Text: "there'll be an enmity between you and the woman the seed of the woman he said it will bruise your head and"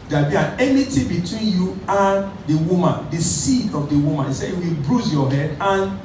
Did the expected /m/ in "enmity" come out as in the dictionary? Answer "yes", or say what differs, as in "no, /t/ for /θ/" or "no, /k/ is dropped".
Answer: no, /m/ is dropped